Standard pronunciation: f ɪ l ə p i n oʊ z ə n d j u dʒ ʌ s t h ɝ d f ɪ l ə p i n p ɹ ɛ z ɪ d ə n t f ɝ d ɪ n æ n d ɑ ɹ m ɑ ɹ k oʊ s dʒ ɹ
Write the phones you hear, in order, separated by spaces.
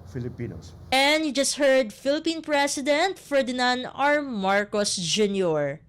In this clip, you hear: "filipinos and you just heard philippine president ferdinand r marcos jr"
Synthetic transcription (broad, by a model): f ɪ l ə p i n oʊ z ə n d j u dʒ ʌ s t h ɝ d f ɪ l ə p i n p ɹ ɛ s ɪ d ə n t f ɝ d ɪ n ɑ n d ɑ ɹ m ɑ ɹ k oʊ s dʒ ɹ